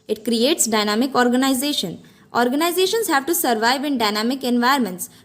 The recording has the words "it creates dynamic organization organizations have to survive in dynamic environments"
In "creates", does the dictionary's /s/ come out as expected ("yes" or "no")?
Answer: yes